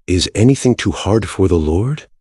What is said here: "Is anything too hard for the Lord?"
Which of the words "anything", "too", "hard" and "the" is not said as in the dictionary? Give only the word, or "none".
none